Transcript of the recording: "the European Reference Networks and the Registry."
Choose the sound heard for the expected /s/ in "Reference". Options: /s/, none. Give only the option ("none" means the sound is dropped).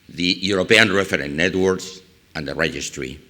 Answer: none